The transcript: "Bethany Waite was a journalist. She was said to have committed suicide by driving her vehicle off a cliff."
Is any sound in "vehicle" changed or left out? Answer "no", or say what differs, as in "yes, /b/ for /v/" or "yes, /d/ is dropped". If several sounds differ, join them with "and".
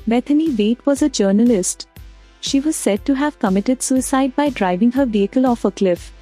no